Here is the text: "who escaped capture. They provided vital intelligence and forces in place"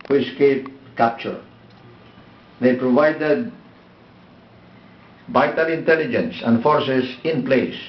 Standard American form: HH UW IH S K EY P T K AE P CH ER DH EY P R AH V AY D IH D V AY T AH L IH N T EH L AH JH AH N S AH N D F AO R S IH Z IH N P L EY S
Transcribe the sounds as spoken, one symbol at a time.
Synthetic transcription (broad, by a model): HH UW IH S K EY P K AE P CH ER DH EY P R AH V AY D IH D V AY T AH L IH N T EH L AH JH AH N S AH N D F AO R S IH S IH N P L EY S